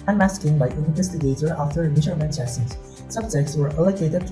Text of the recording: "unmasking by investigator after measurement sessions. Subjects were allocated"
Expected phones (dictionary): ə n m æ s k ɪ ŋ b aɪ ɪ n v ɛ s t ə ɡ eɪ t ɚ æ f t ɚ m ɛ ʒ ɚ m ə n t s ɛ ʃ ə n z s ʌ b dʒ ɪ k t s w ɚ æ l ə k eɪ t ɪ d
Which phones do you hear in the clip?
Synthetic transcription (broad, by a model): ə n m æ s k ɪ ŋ b aɪ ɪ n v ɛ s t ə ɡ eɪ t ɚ æ f t ɚ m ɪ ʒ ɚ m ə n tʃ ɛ s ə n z s ʌ b dʒ ɪ k t s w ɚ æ l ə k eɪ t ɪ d